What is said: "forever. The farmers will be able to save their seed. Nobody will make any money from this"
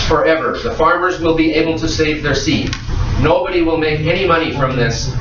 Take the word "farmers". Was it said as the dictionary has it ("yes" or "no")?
yes